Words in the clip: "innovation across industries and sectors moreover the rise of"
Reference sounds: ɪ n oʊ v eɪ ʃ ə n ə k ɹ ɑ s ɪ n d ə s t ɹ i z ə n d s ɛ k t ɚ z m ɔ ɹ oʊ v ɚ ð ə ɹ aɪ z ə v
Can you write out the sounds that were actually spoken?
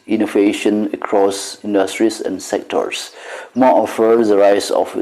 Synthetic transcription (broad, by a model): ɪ n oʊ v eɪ ʃ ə n ə k ɹ ɑ s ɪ n d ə s t ɹ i s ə n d s ɛ k t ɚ s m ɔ oʊ f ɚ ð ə ɹ aɪ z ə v